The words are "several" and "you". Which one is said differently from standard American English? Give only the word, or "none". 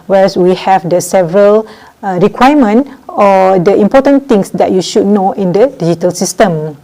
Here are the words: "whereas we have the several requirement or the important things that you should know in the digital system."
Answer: none